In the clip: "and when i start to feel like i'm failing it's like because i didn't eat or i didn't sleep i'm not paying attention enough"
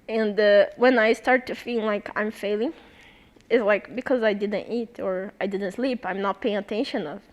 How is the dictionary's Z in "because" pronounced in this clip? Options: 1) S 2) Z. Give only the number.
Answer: 2